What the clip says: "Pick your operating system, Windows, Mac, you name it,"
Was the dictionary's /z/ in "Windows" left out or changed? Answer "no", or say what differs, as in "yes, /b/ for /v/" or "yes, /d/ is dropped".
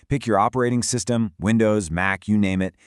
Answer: no